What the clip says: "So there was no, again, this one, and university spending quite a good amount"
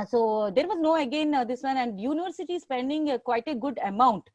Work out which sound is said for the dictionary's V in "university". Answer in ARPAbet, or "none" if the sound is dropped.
V